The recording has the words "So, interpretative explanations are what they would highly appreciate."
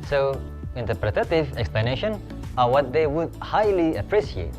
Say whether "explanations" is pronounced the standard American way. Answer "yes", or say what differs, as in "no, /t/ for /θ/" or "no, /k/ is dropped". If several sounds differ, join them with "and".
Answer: no, /z/ is dropped